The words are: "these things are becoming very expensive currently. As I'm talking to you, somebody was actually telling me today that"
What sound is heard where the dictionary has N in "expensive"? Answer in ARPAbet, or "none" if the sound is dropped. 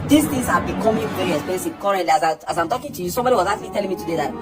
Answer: none